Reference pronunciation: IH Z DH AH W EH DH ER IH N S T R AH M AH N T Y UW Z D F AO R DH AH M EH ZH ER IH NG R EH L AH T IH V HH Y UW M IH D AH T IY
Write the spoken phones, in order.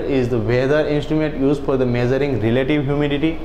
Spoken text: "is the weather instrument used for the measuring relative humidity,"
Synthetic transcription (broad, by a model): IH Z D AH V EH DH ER IH N S T R AH M AH N T Y UW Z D F AO R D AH M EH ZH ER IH NG R EH L AH T IH V HH Y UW M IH D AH T IY